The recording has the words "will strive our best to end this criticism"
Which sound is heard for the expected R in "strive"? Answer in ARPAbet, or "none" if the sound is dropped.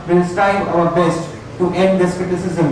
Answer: none